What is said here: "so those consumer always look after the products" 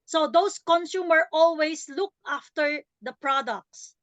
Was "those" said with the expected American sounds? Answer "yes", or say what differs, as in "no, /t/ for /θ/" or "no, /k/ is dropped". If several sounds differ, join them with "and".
no, /s/ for /z/